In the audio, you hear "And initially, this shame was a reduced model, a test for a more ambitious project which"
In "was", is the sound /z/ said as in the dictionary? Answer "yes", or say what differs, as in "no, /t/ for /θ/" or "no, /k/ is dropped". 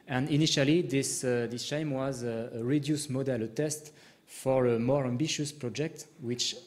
yes